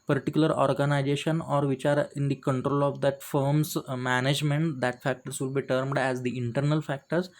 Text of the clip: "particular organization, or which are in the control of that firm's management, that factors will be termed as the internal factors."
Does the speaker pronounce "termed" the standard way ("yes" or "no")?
yes